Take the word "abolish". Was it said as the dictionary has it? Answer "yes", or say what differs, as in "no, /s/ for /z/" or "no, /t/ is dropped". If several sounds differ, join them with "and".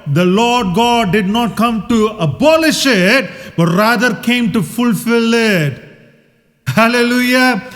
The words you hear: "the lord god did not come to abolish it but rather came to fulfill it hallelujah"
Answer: yes